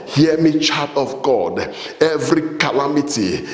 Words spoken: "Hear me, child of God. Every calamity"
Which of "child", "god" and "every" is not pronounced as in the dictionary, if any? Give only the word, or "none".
child